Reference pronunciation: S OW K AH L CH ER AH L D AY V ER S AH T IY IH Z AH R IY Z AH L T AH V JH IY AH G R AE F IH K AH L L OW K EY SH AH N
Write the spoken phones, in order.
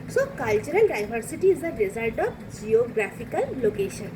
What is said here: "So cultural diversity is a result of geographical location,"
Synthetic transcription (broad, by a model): S OW K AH L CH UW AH L D AY B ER S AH T IY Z AH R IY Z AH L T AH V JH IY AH G R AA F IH K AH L L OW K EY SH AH N